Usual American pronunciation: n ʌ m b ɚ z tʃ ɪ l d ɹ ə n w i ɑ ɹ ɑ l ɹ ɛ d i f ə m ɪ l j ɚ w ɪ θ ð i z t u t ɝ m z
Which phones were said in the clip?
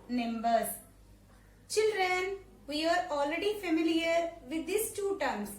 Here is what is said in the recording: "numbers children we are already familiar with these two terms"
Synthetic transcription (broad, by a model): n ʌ m b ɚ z tʃ ɪ l d ɹ ə n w i ɑ ɹ ɑ l ɹ ɛ d i f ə m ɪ l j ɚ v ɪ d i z t u t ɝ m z